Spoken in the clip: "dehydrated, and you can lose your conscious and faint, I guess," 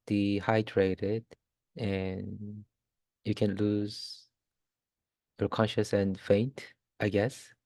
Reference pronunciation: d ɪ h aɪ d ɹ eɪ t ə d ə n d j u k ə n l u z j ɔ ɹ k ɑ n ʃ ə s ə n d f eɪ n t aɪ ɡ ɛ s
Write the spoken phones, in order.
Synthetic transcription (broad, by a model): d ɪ h aɪ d ɹ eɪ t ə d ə n j u k ə n l u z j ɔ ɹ k ɑ n ʃ ə s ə n f eɪ n t aɪ ɡ ɛ s